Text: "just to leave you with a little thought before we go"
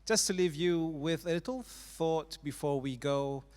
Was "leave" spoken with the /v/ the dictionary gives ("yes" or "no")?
yes